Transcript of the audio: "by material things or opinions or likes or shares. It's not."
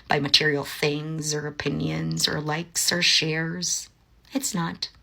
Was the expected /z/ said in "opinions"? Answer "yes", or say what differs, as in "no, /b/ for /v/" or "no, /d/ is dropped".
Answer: yes